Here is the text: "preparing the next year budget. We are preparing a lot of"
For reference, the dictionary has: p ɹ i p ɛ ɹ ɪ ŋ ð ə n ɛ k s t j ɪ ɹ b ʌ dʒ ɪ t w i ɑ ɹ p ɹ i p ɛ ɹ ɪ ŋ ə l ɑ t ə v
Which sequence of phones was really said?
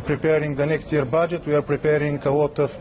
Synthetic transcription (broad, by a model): p ɹ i p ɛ ɹ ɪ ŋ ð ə n ɛ k s t j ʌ ɹ b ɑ dʒ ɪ t w i ɑ ɹ p ɹ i p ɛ ɹ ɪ ŋ ə w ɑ t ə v